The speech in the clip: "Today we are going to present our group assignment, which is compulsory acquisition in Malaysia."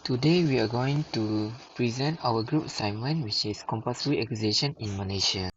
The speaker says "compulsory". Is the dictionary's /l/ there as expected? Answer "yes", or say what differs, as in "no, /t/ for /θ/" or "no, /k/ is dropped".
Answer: no, /l/ is dropped